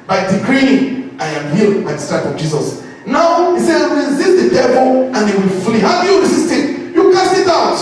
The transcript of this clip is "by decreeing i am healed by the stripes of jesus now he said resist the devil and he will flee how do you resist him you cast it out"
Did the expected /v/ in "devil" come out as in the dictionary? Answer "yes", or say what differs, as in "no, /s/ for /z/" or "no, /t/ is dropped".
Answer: no, /b/ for /v/